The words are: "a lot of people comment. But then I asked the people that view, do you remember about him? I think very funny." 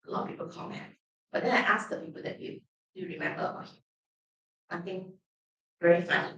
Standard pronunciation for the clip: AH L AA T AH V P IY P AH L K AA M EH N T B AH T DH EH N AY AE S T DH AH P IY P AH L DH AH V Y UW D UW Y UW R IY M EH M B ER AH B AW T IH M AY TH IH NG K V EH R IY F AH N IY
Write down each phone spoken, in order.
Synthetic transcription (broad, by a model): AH L AA T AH P IY P AH L K AA M EH N T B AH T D EH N AY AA S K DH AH P IY P AH L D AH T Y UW D UW Y UW R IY M EH M B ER AH AW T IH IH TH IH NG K V EH R IY F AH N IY